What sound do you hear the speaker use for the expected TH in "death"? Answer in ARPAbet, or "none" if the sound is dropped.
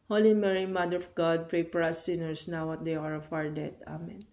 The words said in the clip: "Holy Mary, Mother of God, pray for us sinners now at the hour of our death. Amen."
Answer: T